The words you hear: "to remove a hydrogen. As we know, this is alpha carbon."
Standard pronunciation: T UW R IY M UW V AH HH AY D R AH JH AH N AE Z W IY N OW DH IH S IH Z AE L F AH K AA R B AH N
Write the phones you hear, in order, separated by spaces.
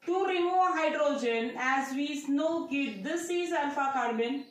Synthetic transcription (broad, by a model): T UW R IY M UW V AH HH AY D R AH JH AH N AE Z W IY N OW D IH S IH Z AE N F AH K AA R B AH N